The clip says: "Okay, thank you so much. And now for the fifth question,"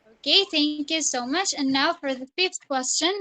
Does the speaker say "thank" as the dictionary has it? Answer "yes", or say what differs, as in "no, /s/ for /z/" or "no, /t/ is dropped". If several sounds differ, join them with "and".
yes